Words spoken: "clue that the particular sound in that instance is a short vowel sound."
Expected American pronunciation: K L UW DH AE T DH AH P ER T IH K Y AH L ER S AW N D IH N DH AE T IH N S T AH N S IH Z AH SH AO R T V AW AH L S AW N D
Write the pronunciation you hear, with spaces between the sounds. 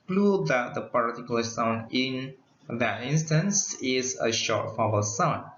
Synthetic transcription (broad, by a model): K L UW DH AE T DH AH P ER T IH K Y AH L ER S AW N D IH N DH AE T IH N S T AH N S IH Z AH SH AO R T F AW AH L S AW N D